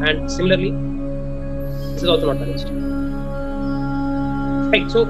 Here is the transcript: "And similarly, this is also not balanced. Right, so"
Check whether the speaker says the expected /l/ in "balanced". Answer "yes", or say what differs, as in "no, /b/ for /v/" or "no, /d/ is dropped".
no, /l/ is dropped